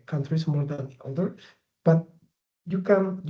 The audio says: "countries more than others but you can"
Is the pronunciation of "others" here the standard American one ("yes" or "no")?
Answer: no